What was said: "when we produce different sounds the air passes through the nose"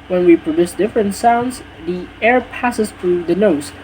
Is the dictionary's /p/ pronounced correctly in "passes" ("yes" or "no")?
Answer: yes